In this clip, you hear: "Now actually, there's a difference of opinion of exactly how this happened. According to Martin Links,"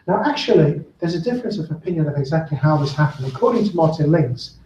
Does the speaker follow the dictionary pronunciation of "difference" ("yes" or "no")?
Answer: yes